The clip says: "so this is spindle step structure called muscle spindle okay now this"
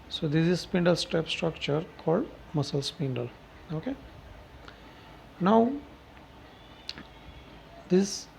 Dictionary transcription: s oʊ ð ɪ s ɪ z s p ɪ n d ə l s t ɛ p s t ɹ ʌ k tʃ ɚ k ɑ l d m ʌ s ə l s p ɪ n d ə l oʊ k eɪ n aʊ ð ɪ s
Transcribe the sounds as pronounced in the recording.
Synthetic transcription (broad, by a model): s oʊ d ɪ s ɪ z s p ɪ n d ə l s t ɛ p s t ɹ ʌ k tʃ ɚ k ɑ l d m ʌ s ə l s p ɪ n d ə l oʊ k eɪ n aʊ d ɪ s